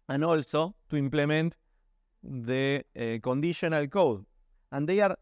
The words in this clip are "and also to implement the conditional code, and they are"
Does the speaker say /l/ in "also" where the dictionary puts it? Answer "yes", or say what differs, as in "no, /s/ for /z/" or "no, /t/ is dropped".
yes